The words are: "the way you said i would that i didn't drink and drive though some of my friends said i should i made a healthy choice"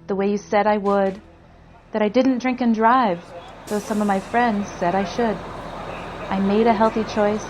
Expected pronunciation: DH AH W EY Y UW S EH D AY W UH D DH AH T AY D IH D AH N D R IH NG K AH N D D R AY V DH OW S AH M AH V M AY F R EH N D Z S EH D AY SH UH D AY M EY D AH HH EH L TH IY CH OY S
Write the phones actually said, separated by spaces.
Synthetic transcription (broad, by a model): DH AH W EY Y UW S EH D AY W UH D DH AH T AY D IH D N D R IH NG K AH N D D R AY V DH OW S AH M AH V M AY F R EH N D Z S EH D AY SH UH D AY M EY D AH HH EH L TH IY CH OY S